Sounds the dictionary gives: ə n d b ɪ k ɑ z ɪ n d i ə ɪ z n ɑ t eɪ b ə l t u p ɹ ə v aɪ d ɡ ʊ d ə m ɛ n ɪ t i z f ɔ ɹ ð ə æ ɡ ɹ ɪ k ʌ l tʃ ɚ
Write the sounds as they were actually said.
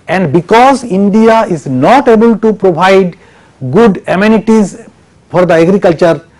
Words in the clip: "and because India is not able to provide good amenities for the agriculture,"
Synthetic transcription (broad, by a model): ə n d b ɪ k ɑ z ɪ n d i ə ɪ z n ɑ t eɪ b ə l t u p ɹ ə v aɪ d ɡ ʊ d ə m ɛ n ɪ t i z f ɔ ɹ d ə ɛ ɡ ɹ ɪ k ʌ l tʃ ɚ